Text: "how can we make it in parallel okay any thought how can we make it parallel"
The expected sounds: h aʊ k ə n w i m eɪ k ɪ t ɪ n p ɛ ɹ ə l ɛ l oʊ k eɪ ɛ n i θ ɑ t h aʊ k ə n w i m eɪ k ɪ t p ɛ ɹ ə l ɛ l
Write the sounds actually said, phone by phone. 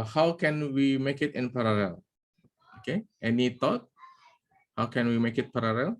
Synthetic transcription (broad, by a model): h aʊ k ə n w i m eɪ k ɪ t ɪ n p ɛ ɹ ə l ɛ l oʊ k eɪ ɛ n i t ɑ t h aʊ k ə n w i m eɪ k ɪ t p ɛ ɹ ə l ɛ l